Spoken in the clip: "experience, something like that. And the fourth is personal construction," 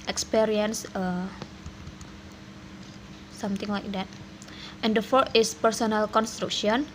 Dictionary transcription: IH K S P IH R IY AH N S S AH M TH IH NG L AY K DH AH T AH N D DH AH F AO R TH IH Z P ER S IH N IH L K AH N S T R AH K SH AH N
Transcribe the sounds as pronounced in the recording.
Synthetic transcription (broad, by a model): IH K S P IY R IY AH N S S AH M T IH NG L AY K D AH T AH N D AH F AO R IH S P ER S IH N IH L K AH N S T R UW K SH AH N